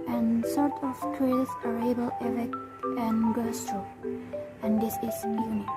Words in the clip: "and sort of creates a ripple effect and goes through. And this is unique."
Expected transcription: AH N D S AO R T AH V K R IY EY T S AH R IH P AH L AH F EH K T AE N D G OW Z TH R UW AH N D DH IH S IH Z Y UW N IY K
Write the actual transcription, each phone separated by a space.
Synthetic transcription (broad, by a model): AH N S AO R T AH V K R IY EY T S AH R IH B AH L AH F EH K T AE N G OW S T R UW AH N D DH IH S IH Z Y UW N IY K